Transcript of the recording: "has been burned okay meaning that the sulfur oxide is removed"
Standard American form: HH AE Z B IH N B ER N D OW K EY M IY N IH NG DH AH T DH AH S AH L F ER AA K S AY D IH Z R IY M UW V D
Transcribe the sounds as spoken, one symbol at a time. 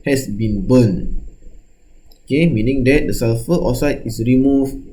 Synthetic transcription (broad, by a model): HH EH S B IH N B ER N OW K EY M IY N IH NG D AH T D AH S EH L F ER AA S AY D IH S R IY M UW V